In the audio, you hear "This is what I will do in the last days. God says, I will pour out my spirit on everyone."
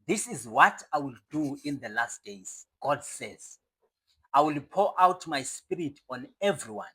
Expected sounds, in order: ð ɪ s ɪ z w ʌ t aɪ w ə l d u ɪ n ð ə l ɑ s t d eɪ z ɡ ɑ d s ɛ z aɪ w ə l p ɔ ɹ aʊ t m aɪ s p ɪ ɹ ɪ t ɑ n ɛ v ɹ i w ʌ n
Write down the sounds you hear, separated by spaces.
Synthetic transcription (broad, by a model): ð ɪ s ɪ z w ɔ t aɪ w ə l d u ɪ n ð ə l ɑ s t d eɪ z ɡ ɑ d s ɛ z aɪ w ə l p ɔ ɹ aʊ t m aɪ s p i ɹ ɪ t ɑ n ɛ v ɹ i w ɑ n